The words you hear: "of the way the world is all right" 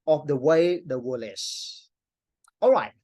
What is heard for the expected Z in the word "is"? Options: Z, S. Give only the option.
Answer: S